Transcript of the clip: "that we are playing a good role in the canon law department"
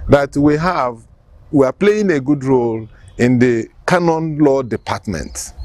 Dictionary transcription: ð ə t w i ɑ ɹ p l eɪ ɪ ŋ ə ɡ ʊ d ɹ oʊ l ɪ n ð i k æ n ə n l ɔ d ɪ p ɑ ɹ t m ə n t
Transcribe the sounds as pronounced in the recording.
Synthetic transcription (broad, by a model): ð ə t w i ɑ w p l eɪ ɪ ŋ ə ɡ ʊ d ɹ oʊ l ɪ n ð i k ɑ n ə n l ɔ d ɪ p ɑ t m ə n t